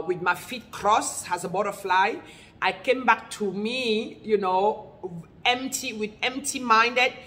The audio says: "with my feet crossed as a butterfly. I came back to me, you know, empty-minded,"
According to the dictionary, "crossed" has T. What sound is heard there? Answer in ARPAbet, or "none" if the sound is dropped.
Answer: none